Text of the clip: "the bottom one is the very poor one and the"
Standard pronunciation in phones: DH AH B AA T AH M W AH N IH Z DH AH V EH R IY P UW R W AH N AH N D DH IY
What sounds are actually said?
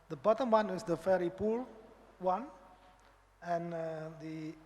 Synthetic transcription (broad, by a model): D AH B AA T AH M W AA N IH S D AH F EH R IY P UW L W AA N AH N D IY